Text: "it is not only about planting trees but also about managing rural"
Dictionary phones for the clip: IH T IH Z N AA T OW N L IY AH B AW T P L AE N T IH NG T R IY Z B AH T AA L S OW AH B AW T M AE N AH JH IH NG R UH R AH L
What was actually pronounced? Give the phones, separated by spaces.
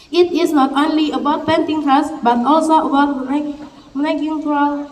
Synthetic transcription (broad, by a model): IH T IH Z N AA T OW N L IY AH B AW T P EH N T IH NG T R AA S B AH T AA L S OW AH B AW T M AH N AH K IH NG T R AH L